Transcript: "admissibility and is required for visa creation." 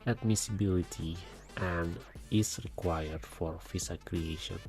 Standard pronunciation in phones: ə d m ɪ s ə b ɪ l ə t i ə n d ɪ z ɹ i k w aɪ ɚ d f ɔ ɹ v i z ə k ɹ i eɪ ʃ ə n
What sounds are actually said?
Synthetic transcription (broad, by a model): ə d m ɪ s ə b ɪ l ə t i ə n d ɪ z ɹ i k w aɪ ɚ d f ɔ ɹ f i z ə k ɹ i eɪ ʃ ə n